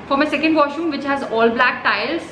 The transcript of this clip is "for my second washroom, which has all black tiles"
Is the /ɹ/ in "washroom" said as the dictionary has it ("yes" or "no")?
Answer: no